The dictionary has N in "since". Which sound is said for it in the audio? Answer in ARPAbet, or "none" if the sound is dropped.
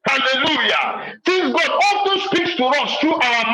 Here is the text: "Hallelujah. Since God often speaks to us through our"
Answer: none